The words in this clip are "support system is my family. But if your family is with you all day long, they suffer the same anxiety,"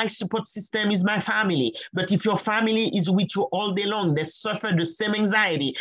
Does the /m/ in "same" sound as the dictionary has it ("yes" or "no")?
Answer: yes